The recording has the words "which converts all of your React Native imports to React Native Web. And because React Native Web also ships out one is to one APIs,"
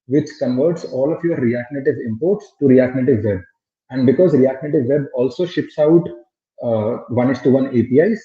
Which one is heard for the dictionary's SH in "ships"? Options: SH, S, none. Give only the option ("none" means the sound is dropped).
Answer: SH